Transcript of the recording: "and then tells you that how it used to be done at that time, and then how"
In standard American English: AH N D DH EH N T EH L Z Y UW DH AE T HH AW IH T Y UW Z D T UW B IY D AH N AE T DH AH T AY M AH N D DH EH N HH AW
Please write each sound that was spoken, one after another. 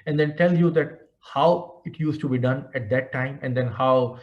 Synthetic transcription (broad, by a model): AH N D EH N T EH L Y UW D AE T HH AW IH T Y UW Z T UW B IY D AH N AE T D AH T AY M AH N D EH N HH AW